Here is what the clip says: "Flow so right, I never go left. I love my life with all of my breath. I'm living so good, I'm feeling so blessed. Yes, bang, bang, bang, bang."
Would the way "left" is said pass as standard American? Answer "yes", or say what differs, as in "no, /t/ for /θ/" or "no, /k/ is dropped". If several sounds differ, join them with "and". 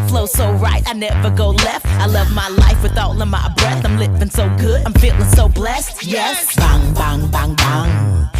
yes